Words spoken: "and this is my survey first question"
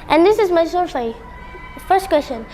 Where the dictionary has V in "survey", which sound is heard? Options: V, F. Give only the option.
F